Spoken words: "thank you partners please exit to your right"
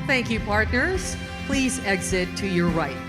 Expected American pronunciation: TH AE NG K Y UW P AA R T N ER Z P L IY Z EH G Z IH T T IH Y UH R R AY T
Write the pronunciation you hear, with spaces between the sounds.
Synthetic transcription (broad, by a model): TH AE NG K Y UW P AA R T N ER Z P L IY Z EH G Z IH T T IH Y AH R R AY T